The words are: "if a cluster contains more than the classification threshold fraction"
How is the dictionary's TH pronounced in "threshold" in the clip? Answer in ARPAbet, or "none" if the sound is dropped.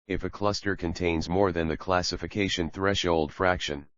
TH